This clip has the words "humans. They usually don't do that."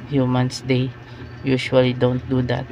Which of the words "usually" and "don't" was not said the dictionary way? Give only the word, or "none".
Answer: usually